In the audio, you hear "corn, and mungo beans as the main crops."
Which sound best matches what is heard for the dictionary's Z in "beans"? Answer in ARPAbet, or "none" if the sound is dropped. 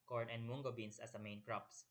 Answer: S